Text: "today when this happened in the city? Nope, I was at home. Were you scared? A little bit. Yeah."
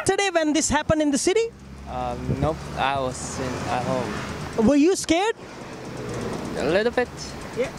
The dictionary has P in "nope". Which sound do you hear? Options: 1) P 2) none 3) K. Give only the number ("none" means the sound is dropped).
2